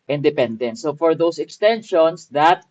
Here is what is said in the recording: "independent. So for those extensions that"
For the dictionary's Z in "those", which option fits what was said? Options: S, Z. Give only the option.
S